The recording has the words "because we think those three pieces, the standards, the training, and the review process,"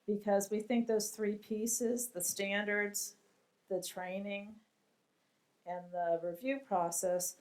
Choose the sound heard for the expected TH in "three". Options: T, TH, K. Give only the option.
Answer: TH